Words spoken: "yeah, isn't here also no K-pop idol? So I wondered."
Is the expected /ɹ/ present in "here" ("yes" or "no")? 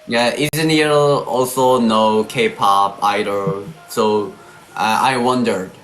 no